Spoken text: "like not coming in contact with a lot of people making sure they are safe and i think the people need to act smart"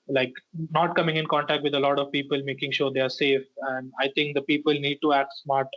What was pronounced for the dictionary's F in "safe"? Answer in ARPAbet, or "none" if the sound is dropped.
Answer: F